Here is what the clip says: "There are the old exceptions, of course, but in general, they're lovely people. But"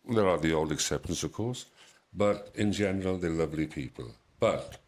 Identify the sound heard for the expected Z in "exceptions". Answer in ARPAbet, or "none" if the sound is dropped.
S